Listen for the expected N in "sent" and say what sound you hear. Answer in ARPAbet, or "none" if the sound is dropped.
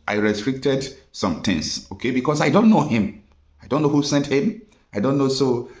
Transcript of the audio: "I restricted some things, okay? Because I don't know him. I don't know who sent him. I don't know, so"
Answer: N